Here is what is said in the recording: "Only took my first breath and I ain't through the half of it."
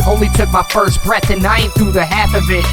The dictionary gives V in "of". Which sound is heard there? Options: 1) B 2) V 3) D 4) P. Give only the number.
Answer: 2